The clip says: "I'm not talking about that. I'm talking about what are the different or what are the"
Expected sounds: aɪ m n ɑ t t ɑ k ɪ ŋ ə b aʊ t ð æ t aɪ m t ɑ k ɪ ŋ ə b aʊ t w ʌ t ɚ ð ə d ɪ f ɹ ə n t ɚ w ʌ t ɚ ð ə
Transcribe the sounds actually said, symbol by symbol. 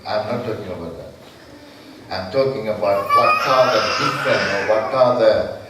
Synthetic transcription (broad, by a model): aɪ m n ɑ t t ɑ k ɪ ŋ ə b aʊ t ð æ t aɪ m t ɑ k ɪ ŋ ə b aʊ t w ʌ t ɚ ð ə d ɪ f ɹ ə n ɚ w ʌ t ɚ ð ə